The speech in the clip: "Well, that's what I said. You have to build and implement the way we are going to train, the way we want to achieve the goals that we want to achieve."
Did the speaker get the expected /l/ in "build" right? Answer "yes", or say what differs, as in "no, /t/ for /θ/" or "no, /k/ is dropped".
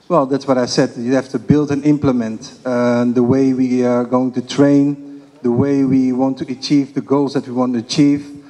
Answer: yes